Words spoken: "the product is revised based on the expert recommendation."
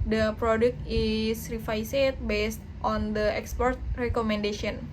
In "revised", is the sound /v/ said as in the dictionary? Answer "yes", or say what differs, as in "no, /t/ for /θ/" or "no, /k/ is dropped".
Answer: no, /f/ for /v/